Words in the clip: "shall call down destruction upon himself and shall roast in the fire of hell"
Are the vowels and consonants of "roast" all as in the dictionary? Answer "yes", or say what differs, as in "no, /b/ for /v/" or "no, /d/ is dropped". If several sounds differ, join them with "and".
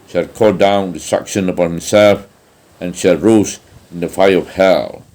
no, /t/ is dropped